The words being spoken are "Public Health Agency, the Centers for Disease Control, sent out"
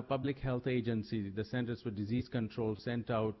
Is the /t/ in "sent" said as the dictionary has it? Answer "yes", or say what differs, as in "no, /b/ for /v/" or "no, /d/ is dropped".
yes